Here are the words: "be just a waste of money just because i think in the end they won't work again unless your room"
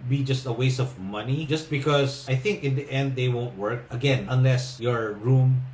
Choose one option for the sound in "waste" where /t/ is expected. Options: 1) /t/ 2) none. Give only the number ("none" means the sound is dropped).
2